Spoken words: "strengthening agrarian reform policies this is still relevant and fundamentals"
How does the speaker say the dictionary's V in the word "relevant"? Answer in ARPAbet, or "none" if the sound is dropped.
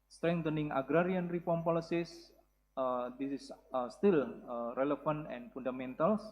F